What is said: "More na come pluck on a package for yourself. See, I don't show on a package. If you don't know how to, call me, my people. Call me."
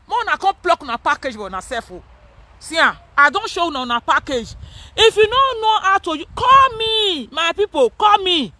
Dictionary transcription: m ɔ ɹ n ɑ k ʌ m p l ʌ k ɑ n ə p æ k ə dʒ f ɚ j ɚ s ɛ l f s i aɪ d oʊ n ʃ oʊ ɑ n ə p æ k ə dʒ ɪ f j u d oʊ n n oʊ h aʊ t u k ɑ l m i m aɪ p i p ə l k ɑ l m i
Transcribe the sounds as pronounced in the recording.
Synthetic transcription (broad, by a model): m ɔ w n ɑ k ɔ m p l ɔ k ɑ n ə p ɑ k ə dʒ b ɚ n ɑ s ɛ f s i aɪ d oʊ n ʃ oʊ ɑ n ə p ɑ k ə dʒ ɪ f j u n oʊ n n oʊ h aʊ t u k ɑ l m i m aɪ p i p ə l k ɑ l m i